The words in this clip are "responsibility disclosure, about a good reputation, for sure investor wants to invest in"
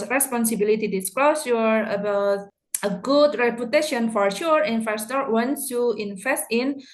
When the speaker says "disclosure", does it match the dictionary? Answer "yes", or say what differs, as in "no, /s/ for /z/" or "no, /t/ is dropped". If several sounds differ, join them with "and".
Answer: no, /ʃ/ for /ʒ/